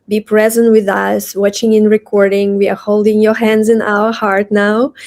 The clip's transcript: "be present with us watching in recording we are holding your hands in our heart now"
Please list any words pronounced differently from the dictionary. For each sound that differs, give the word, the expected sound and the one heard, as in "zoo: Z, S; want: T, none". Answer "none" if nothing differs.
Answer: none